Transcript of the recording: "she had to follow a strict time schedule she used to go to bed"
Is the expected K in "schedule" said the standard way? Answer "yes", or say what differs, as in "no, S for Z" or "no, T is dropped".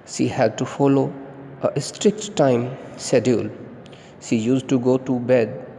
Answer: no, K is dropped